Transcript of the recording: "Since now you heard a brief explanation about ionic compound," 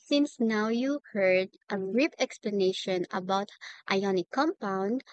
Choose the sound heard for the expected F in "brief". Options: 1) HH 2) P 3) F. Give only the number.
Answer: 2